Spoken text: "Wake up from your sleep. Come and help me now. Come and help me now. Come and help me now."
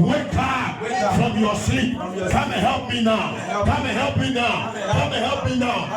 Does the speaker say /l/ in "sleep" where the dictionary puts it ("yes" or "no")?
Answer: no